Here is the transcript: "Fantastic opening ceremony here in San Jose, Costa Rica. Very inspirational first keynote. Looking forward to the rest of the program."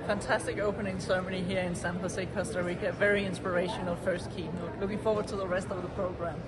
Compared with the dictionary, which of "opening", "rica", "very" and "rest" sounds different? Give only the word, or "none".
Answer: rica